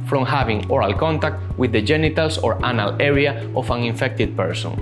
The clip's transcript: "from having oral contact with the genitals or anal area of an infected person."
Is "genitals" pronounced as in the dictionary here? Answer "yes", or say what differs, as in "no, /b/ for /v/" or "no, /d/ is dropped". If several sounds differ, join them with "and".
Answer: no, /s/ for /z/